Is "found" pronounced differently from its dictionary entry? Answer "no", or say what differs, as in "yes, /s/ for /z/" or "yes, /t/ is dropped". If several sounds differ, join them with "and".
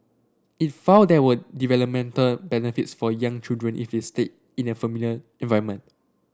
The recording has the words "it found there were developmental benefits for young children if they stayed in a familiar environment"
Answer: yes, /n/ is dropped